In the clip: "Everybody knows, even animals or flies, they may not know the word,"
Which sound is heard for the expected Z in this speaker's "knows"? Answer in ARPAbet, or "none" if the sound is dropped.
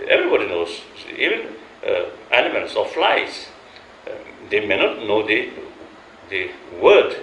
S